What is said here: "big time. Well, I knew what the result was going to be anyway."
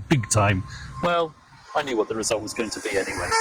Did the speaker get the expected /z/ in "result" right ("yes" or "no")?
yes